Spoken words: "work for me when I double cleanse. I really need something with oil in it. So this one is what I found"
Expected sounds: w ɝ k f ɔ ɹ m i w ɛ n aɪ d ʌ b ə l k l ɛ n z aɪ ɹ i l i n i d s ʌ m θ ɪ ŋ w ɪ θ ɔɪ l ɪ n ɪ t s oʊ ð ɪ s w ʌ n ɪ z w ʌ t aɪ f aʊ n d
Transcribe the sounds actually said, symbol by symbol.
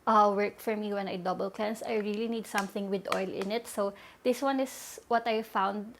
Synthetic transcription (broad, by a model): w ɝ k f ɔ ɹ m i w ɛ n aɪ d ʌ b ə l k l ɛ n s aɪ ɹ i l i n i d s ʌ m θ ɪ ŋ w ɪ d ɔɪ l ɪ n ɪ t s oʊ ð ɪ s w ʌ n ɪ s w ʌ t aɪ f aʊ n d